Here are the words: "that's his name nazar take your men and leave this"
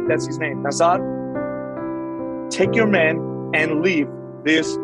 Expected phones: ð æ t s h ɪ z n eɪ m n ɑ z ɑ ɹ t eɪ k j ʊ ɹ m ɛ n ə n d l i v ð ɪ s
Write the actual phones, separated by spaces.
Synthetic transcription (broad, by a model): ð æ t s h ɪ z n eɪ m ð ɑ s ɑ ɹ t eɪ k j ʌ ɹ m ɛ n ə n l i v ð ɪ s